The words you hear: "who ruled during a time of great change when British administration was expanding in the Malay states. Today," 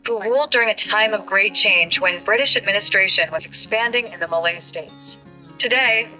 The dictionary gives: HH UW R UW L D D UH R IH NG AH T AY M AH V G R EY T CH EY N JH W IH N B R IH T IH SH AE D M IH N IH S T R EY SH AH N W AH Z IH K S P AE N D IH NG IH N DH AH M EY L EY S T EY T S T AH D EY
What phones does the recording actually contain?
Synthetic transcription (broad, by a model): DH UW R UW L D D UH R IH NG AH T AY M AH V G R EY T CH EY N JH W IH N B R IH T IH SH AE D M IH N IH S T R EY SH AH N W AH Z IH K S P AE N D IH NG IH N DH AH M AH L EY S T EY T S T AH D EY